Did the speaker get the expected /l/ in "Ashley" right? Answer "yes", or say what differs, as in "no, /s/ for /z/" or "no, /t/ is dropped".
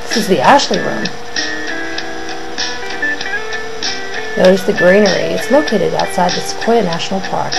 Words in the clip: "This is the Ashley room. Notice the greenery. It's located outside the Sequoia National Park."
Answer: yes